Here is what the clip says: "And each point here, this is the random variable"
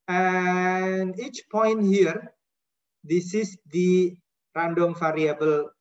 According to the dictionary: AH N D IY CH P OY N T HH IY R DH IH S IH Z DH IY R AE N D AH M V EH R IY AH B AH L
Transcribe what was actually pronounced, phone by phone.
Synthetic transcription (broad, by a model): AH N IY CH P OY N T HH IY R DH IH S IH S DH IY R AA N D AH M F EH R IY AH B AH L